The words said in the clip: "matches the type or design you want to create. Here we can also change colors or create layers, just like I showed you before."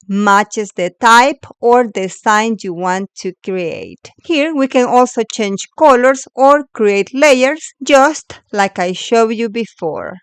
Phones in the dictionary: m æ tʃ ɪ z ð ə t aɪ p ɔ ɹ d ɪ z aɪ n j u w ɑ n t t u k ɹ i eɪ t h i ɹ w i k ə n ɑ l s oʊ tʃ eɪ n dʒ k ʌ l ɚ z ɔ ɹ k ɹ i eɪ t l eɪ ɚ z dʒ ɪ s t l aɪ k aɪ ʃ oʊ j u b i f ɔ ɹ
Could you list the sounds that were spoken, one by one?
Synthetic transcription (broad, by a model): m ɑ tʃ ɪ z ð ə t aɪ p ɔ ɹ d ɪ s aɪ n j u w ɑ n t t u k ɹ i eɪ t h i ɹ w i k ə n ɑ l s oʊ tʃ eɪ n dʒ k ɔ l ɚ s ɔ ɹ k ɹ i eɪ t l eɪ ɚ s dʒ ɪ s t l aɪ k aɪ ʃ oʊ j u b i f ɔ ɹ